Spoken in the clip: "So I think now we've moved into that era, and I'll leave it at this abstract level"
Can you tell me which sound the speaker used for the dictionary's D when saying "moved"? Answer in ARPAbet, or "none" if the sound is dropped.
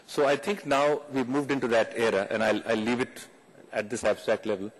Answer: D